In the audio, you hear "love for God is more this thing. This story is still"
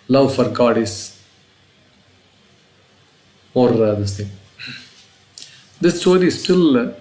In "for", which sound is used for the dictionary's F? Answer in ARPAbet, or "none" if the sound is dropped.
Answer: F